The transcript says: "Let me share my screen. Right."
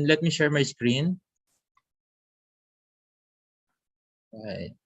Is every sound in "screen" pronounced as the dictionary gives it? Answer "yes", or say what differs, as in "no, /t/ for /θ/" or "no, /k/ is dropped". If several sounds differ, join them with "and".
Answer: yes